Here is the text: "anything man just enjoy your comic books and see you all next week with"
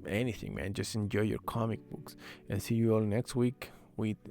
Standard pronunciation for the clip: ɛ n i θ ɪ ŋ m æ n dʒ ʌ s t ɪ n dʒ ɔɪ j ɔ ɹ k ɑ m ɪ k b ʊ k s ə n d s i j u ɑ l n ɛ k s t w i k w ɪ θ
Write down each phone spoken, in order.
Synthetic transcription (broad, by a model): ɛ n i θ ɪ ŋ m æ n dʒ ʌ s t ɪ n dʒ ɔɪ j ɔ ɹ k ɑ m ɪ k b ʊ k s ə n s i j u ɑ l n ɛ k s t w i k w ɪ